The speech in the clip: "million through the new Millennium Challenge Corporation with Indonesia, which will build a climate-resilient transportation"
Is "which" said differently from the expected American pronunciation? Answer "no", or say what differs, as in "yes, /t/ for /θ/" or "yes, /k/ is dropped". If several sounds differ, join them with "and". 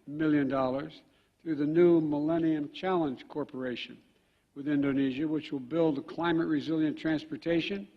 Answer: no